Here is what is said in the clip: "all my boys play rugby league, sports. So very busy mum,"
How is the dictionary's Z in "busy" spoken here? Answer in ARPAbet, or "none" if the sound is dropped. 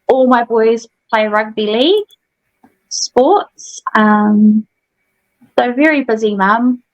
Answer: Z